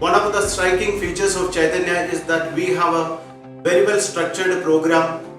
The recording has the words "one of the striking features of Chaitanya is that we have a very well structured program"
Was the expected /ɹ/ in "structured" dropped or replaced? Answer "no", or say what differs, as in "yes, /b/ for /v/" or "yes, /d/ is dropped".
no